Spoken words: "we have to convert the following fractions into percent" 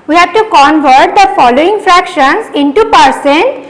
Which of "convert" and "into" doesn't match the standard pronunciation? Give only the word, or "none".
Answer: none